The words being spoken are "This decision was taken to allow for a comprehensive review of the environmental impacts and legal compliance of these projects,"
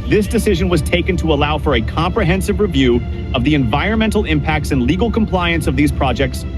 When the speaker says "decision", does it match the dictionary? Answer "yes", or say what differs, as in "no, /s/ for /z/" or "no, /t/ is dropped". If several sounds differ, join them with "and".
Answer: yes